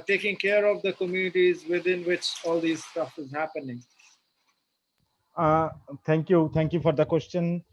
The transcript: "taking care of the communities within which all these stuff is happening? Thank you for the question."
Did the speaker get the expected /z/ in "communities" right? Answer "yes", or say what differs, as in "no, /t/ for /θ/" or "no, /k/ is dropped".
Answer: yes